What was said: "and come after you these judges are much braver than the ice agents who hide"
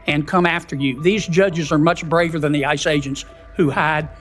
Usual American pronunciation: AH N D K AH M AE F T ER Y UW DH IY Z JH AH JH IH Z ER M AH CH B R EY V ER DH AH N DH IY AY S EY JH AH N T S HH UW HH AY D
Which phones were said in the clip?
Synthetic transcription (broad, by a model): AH N K AH M AE F T ER Y UW DH IY Z JH AH JH IH Z ER M AH CH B R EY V ER DH AH N DH IY AY S EY JH AH N T S HH UW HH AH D